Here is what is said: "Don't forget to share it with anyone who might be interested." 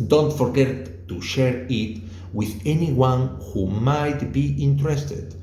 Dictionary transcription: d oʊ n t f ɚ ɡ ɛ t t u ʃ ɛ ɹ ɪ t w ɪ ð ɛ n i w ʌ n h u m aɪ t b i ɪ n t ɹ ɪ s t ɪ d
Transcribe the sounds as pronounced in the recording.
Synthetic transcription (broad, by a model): d oʊ n t f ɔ ɡ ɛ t t u ʃ ɛ ɹ ɪ t w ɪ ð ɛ n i w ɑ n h u m aɪ t b i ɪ n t ɹ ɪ s t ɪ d